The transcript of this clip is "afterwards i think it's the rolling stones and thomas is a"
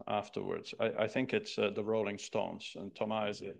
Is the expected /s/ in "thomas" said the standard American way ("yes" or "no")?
no